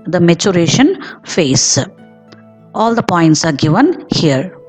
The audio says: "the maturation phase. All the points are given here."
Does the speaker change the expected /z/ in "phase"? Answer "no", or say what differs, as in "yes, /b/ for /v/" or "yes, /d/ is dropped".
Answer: yes, /s/ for /z/